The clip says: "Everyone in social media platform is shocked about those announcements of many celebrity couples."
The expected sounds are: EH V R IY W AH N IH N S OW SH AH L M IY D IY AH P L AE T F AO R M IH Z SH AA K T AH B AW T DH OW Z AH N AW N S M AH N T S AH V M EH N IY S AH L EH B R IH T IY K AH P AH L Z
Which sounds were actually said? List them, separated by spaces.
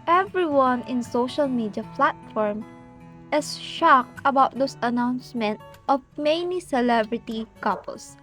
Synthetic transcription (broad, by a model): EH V R IY W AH N IH N S OW SH AH L M IY D IY AH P L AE T F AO R M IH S SH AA K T AH B AW T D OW S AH N AW N S M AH N T AH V M EH N IY S AH L EH B R IH T IY K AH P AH L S